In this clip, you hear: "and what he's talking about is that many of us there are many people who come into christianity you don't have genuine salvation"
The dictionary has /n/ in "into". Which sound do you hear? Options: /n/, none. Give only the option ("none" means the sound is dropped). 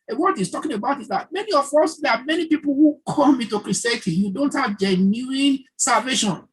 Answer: none